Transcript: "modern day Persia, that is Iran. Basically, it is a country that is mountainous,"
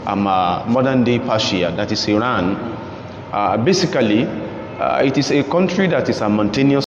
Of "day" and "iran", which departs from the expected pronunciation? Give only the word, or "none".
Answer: none